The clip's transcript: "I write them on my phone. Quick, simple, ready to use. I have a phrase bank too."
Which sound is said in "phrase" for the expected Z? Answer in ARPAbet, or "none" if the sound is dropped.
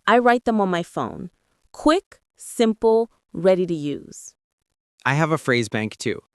Z